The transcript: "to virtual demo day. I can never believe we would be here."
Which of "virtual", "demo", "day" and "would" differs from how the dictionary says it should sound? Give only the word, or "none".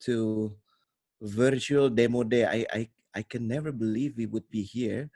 none